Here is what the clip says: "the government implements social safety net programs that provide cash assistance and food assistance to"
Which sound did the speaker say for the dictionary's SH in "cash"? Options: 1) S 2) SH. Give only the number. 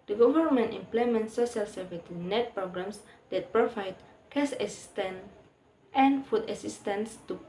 1